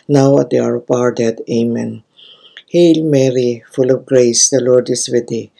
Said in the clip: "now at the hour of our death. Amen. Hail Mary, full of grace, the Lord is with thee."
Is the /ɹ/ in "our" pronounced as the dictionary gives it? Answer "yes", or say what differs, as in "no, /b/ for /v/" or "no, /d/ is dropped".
yes